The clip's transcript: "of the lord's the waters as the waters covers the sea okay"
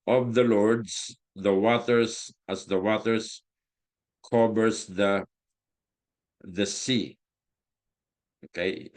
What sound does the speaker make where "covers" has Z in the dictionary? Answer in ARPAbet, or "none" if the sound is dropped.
S